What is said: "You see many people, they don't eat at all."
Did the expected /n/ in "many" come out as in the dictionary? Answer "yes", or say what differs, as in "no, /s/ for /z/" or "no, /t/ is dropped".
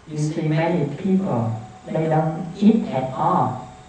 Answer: no, /n/ is dropped